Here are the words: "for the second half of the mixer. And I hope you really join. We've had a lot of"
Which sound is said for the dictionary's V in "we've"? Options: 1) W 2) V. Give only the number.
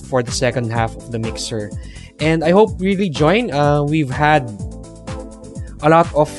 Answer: 2